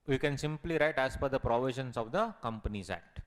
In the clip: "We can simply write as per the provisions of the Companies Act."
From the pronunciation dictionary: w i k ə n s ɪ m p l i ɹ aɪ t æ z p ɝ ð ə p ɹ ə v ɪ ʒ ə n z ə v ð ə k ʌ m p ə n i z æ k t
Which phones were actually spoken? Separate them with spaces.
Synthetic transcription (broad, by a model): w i k ə n s ɪ m p l i ɹ aɪ t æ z f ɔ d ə p ɹ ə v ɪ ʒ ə n s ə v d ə k ʌ m p ə n i z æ k t